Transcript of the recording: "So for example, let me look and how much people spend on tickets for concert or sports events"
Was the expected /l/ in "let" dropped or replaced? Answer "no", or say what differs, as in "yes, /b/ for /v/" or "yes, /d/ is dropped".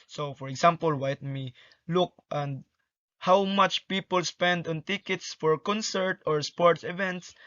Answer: yes, /w/ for /l/